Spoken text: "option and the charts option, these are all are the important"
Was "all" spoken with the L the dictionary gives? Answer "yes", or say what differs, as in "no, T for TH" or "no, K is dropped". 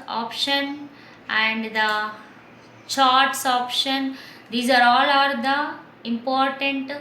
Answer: yes